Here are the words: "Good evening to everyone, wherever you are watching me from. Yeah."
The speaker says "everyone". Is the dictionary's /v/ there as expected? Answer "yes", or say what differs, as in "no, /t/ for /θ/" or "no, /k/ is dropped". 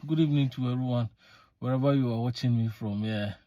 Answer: no, /v/ is dropped